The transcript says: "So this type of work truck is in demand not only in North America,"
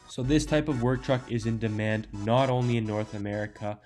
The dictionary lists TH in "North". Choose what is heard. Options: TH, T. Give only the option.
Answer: TH